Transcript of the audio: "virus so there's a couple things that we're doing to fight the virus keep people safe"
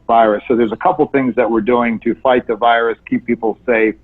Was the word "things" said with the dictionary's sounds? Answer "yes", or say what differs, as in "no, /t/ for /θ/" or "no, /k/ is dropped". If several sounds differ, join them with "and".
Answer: yes